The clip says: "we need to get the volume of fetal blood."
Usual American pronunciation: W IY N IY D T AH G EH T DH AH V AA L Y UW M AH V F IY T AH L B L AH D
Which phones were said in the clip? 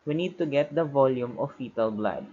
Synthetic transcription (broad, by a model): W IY N IY D T AH G EH T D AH V AA L Y UW M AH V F IY T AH L B L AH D